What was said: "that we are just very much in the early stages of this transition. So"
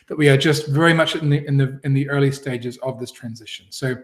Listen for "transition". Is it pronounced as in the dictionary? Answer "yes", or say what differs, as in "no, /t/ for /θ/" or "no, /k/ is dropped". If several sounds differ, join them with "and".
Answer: yes